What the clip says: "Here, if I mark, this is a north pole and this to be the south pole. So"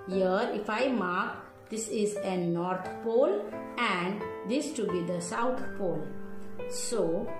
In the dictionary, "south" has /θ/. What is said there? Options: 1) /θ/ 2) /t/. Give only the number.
2